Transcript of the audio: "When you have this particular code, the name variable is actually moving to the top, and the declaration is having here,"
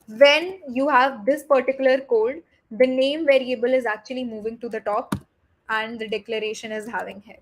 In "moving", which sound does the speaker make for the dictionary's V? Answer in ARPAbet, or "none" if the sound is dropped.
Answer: V